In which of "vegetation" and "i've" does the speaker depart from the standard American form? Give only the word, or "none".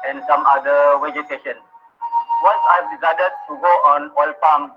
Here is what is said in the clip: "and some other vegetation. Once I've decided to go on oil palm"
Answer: vegetation